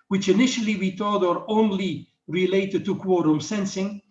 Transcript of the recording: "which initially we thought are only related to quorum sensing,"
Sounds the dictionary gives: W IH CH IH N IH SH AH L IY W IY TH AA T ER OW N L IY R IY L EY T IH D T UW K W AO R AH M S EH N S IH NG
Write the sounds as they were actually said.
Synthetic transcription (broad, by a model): W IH CH IH N IH SH AH L IY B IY T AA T ER OW N L IY R IY L EY T IH D T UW K W AO R AH M S EH N S IH NG